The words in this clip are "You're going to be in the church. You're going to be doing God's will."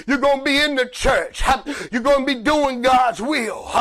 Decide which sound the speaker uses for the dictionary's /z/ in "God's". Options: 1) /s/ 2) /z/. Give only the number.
2